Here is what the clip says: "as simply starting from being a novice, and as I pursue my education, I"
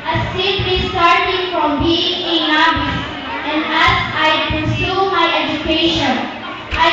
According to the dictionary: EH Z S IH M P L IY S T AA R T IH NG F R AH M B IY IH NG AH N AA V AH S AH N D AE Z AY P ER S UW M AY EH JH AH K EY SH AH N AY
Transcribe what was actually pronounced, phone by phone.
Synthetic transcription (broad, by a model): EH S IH P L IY S T AA R T IH NG F R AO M B IY IH NG AH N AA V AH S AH N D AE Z AY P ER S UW M AY EH JH AH K EY SH AH N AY